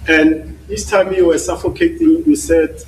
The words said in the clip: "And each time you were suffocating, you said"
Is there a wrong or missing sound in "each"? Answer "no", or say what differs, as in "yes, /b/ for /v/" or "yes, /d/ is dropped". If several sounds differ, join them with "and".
yes, /s/ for /tʃ/